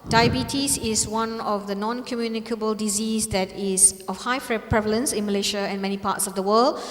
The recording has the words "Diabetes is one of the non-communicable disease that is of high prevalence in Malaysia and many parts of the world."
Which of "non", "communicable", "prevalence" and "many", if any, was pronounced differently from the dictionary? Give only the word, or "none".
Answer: none